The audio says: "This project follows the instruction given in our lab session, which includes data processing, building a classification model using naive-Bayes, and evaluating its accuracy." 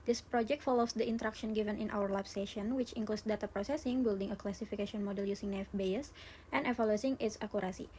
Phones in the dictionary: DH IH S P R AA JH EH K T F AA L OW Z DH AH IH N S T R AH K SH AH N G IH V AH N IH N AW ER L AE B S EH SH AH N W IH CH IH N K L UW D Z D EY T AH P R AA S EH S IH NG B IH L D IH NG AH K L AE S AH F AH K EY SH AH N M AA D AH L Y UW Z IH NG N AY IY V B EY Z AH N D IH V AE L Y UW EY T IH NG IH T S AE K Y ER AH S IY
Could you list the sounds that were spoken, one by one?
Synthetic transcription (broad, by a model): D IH S P R AA JH EH K T F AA L OW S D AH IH N T R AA K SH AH N G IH V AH N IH N AW ER L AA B S EH SH AH N W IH CH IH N K L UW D S D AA T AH P R AA S EH S IH NG B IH L D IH NG AH K L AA S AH F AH K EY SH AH N M AA D AH L Y UW S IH NG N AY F B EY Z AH N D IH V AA L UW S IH NG IH T S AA K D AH S IY